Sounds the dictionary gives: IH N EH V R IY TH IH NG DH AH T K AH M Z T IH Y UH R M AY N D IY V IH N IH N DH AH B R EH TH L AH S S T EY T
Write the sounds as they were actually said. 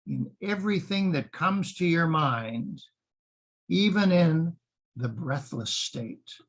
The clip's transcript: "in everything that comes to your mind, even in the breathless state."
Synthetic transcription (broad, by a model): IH N EH V R IY TH IH NG DH AH T K AH M Z T IH Y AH R M AY N D IY V IH N IH N DH AH B R EH TH L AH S S T EY T